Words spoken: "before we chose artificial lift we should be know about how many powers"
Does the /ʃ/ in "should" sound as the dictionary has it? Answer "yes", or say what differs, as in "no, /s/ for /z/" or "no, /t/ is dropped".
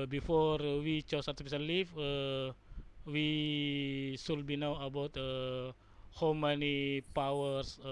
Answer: no, /s/ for /ʃ/